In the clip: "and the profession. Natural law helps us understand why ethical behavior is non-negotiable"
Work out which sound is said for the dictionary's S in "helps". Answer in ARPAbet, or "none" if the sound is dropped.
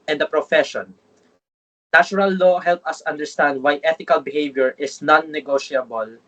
none